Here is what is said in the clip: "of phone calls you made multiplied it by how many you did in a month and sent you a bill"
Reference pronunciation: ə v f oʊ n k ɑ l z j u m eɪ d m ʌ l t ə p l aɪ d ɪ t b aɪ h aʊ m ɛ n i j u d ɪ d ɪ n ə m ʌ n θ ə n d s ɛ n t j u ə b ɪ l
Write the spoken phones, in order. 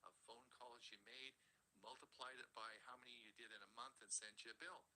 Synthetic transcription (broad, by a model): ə f oʊ n k ɑ l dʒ j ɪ m eɪ d m ʌ l t ə p l aɪ d ɪ t b aɪ h aʊ m ɛ n i j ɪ d ɪ d ɪ n ə m ʌ n θ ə n s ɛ n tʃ ə b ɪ l